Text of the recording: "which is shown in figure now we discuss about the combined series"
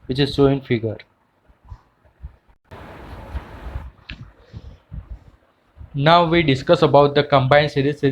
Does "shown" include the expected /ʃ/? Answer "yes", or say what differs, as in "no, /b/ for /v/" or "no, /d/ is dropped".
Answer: no, /s/ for /ʃ/